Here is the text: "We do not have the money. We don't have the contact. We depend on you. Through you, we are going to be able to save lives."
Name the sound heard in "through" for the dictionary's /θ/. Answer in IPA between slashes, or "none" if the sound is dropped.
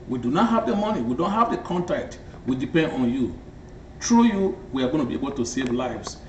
/t/